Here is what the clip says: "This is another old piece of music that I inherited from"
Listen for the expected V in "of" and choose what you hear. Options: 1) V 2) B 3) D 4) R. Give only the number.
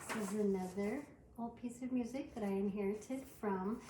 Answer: 1